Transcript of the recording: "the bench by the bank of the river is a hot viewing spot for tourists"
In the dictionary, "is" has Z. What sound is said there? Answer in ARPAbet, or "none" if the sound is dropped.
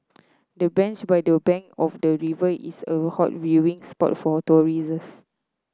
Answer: S